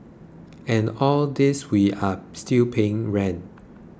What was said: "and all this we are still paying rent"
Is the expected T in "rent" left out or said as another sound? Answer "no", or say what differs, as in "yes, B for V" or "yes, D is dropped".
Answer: yes, T is dropped